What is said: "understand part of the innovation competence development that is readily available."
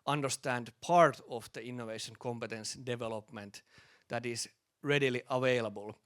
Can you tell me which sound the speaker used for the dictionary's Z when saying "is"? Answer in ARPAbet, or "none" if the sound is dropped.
S